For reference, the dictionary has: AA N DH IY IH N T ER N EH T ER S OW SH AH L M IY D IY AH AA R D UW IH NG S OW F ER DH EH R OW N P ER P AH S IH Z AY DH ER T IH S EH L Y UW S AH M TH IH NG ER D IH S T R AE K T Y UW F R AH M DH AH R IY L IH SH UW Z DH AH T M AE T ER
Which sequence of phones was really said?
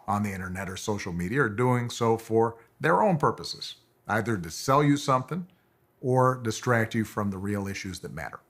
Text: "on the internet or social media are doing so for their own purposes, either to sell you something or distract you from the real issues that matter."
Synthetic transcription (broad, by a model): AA N DH IY IH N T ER N EH T ER S OW SH L M IY D IY AH R D UW IH NG S OW F ER DH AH R OW N P ER P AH S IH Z AY DH ER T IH S EH L Y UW S AH M TH IH NG ER D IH S T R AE K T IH F R AH M DH AH R IY L IH SH UW Z DH AH T M AE T ER